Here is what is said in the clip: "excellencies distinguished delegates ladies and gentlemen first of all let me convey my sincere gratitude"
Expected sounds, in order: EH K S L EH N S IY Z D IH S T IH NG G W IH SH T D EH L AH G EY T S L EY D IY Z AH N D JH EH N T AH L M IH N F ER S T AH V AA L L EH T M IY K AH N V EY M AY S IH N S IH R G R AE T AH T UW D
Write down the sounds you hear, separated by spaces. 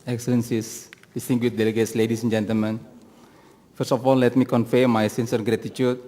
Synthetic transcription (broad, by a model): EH K S L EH N S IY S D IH S T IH NG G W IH T D EH L AH G EY T S L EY D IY S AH N JH EH N T AH L M IH N F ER S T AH F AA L L EH T M IY K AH N F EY M AY S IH N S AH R G R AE T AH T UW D